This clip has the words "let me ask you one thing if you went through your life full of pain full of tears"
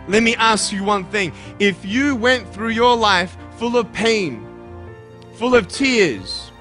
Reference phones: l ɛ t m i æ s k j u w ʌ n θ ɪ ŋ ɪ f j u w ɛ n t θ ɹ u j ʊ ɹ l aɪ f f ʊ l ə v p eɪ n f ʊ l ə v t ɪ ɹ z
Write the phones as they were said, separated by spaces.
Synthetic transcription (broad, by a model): l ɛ t m i æ s k j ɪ w ʌ n θ ɪ ŋ ɪ f j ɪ w ɛ n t θ ɹ u j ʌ ɹ l aɪ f f ʊ l ə v p eɪ n f ʊ l ə v t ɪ ɹ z